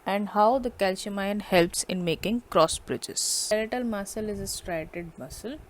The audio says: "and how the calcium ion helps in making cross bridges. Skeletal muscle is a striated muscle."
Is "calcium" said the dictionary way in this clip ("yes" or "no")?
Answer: no